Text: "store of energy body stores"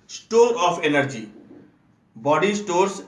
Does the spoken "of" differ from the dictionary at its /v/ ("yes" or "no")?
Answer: yes